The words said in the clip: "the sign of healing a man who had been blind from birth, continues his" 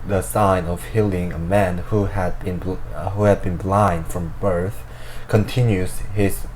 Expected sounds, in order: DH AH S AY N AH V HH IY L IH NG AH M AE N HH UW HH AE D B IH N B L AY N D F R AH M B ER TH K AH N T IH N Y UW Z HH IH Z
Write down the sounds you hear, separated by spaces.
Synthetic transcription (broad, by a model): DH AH S AY N AH V HH IY L IH NG AH M AE N HH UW HH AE D B IH N B L AY N D F R AH M B ER TH K AH N T IH N Y UW Z HH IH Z